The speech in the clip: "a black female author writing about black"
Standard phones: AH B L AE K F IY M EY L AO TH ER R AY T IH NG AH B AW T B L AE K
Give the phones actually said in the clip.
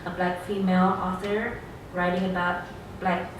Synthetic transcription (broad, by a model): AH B L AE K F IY M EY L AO S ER R AY T IH NG AH B AW T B L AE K